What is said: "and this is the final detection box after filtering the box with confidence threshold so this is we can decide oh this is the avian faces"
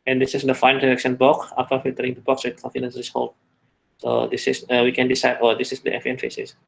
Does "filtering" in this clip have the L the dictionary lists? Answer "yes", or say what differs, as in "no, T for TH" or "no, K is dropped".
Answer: no, L is dropped